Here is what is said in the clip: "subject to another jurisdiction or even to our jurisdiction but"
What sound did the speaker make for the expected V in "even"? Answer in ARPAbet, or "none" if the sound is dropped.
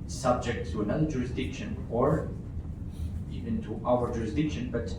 V